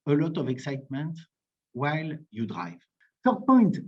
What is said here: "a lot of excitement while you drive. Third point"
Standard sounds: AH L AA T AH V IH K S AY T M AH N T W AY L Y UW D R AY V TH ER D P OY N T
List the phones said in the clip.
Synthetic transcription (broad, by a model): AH L AA T AH V IH K S AY T M AH N T W AY L Y UW D R AY V S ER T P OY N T